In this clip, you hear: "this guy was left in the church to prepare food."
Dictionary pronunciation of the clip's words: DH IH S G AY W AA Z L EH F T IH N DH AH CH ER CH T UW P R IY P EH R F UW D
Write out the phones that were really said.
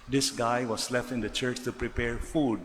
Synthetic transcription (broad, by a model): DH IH S G AY W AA S L EH F T IH N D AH CH ER CH T UW P R IY P EH R F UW D